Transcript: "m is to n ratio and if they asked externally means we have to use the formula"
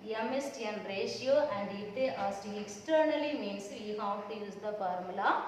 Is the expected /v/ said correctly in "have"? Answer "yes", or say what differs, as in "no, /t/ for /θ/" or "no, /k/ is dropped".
no, /f/ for /v/